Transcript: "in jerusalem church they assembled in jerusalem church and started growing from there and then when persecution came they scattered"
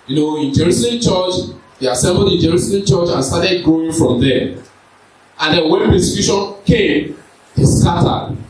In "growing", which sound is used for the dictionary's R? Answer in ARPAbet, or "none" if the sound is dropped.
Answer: none